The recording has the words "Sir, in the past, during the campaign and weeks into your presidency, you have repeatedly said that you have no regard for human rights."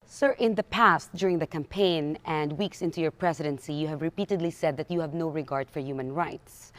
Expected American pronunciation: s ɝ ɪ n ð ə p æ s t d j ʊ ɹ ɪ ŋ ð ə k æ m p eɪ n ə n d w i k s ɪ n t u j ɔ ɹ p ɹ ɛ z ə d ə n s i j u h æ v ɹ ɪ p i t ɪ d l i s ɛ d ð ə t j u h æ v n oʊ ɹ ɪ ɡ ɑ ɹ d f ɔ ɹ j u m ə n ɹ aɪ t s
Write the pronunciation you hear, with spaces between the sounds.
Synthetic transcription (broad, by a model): s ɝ ɪ n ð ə p æ s t d j ʊ ɹ ɪ ŋ ð ə k æ m p eɪ n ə n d w i k s ɪ n t u j ɔ ɹ p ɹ ɛ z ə d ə n s i j u h æ v ɹ ɪ p i t ɪ d l i s ɛ d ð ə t j u h æ v n oʊ ɹ ɪ ɡ ɑ ɹ d f ɔ ɹ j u m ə n ɹ aɪ t s